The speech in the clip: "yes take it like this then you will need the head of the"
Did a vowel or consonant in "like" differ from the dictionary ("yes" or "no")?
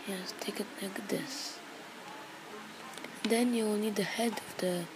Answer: yes